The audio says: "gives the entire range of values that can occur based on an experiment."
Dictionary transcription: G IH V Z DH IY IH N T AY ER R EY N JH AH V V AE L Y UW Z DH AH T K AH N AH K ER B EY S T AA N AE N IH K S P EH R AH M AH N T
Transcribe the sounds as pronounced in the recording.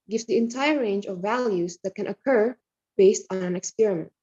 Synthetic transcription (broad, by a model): G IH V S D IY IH N T AY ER R EY N JH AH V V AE L Y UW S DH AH T K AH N AH K ER B EY S T AA N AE N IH K S P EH R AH M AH N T